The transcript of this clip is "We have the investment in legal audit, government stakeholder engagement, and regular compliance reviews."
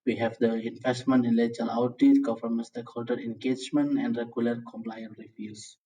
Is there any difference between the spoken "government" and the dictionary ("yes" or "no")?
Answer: yes